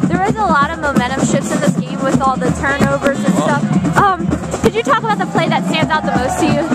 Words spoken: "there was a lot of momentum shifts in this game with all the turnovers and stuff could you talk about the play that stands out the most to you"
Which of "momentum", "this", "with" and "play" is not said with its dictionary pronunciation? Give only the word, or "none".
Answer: momentum